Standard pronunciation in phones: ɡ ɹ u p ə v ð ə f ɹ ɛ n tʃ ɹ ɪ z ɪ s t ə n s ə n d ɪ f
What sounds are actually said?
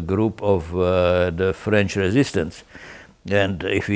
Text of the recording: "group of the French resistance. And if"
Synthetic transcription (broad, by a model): ɡ ɹ u p ə v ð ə f ɹ ɛ n tʃ ɹ ɪ z ɪ s t ə n s ə n d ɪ f